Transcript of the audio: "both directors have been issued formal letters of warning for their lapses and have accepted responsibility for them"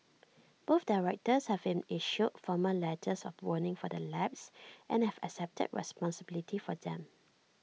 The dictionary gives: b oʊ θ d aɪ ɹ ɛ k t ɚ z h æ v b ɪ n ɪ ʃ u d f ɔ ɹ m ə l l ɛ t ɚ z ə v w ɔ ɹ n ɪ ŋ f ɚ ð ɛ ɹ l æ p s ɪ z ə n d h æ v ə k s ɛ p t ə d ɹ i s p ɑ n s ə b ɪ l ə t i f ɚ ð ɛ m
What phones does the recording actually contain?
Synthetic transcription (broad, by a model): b oʊ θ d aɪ ɹ ɛ k t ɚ s h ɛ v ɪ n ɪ ʃ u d f ɔ m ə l l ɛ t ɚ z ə f w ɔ n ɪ ŋ f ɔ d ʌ l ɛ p s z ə n h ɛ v ə k s ɛ p t ə d ɹ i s p ɑ n s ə b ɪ l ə t i f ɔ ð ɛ m